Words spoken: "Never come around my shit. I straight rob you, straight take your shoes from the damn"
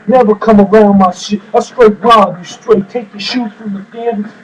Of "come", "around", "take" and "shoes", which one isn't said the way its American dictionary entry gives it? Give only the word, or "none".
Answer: shoes